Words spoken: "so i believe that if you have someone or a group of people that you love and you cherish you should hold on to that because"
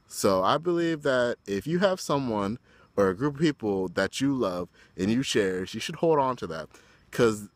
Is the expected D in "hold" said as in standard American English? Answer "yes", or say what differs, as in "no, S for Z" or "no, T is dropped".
yes